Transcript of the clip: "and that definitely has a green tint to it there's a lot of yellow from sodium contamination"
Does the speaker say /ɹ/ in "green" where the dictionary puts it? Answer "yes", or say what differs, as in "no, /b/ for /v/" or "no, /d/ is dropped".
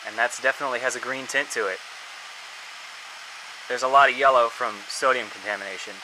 yes